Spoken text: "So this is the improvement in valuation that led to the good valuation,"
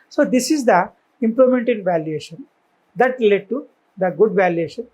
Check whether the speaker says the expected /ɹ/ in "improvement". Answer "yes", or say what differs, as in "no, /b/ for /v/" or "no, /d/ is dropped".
no, /l/ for /ɹ/